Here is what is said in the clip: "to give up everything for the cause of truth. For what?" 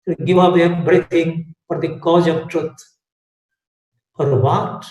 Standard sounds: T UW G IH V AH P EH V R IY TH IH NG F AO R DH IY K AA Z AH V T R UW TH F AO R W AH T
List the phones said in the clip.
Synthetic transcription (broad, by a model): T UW G IH V AH P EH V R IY T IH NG F AO R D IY K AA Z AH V T R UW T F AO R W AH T